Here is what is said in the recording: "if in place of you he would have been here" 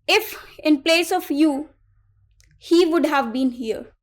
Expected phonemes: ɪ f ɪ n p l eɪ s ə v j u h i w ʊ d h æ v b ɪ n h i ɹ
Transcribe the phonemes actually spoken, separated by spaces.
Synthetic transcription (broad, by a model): ɪ f ɪ n p l eɪ s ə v j u h i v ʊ d h æ v b ɪ n h i ɹ